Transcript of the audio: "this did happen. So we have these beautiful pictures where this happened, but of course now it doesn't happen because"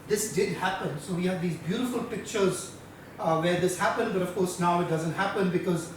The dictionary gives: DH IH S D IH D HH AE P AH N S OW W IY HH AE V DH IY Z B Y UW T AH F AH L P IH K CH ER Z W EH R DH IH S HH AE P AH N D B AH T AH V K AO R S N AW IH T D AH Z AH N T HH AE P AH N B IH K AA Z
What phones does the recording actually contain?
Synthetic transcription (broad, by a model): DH IH S D IH D HH AE P AH N S OW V IY HH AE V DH IY Z B Y UW T AH F AH L P IH K CH ER Z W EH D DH IH S HH AE P AH N D B AH T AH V K AO R S N AW IH T D AH Z AH N T HH AE P AH N B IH K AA Z